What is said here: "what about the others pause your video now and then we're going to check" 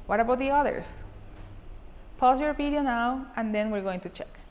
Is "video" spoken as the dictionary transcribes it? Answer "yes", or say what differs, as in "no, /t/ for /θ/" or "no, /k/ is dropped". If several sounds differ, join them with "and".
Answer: no, /p/ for /v/